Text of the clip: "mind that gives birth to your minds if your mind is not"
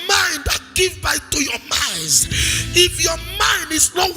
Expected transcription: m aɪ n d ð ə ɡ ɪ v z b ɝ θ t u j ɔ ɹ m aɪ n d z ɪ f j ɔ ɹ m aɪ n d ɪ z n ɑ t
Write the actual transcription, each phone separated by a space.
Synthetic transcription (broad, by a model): m aɪ n d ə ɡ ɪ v b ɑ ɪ t u j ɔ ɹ m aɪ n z ɪ f j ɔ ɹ m aɪ n d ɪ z n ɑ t